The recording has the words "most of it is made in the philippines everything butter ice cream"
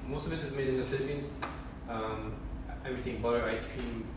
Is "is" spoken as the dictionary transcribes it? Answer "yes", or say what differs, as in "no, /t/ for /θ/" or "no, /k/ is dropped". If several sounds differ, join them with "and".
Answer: yes